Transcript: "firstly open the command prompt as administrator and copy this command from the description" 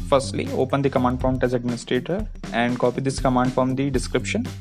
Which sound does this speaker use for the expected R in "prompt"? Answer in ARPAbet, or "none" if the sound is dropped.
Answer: none